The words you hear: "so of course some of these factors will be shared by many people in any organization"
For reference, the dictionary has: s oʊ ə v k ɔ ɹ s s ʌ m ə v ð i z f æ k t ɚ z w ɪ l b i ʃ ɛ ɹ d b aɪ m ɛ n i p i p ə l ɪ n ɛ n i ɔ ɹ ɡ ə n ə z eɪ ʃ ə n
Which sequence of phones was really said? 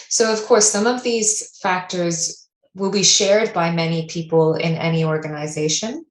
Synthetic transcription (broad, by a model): s oʊ ə v k ɔ ɹ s s ʌ m ə v ð i z f æ k t ɚ z w ɪ l b i ʃ ɛ ɹ d b aɪ m ɛ n i p i p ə l ɪ n ɛ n i ɔ ɹ ɡ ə n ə z eɪ ʃ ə n